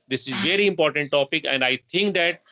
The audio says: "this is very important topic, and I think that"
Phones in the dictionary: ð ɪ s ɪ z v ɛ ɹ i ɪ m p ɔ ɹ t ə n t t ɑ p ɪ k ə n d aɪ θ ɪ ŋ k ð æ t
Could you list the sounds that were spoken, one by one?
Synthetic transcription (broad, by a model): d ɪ s ɪ z v ɛ ɹ i ɪ m p ɔ ɹ t ə n t t ɑ p ɪ k ə n d aɪ t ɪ ŋ k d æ t